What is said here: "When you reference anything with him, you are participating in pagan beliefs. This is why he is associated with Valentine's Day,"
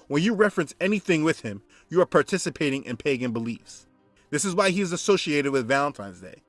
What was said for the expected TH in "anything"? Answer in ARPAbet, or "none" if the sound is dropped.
TH